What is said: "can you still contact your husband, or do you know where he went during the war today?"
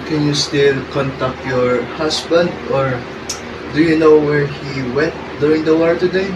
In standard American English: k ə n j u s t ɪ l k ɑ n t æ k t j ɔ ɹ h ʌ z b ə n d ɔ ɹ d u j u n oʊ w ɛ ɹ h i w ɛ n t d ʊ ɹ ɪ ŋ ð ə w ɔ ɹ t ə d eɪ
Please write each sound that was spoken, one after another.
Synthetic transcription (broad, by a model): k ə n j u s t ɪ l k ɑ n t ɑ k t j ɔ ɹ h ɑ s b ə n d ɔ ɹ d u j u n oʊ w ɛ ɹ h i w ɛ n t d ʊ ɹ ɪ ŋ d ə w ɔ ɹ t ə d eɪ